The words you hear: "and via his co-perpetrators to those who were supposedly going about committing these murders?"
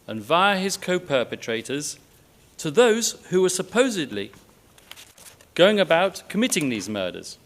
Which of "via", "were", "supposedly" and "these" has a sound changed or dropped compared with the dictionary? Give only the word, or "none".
none